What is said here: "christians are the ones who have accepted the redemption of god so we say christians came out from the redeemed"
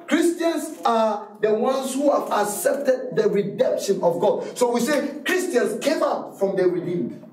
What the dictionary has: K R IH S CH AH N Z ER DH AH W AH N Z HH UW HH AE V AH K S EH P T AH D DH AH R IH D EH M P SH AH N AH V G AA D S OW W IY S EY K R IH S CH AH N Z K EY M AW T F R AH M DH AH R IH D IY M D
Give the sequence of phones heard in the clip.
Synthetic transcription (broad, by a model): K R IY S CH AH N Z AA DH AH W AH N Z HH UW HH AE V AH K S EH P T AH D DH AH R IH D EH M P SH AH N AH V G AA D S OW W IY S EY K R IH S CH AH N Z K EY M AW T F R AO M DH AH R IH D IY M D